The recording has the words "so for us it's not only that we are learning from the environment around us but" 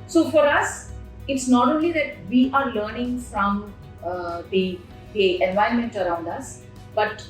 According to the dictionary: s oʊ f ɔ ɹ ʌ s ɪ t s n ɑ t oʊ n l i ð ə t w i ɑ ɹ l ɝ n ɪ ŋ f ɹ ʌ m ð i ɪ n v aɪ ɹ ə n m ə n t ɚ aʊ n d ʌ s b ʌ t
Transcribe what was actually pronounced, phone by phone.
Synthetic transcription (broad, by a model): s oʊ f ɔ ɹ ʌ s ɪ t s n ɑ t oʊ n l i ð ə t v i ɑ ɹ l ɝ n ɪ ŋ f ɹ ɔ m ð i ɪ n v aɪ ə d m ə n t ɚ aʊ n d ʌ s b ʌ t